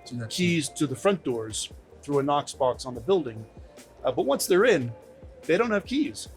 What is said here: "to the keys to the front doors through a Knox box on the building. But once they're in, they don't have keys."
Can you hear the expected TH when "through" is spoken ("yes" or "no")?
yes